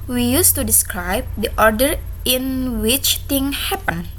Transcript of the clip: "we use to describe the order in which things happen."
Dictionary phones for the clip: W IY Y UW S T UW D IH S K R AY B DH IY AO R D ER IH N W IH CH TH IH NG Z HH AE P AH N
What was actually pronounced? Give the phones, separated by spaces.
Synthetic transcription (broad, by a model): W IY Y UW S T UW D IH S K R AY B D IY AO R D ER IH N W IH CH T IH NG HH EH P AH N